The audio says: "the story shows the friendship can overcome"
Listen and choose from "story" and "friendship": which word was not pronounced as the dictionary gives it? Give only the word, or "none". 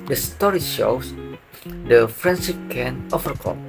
friendship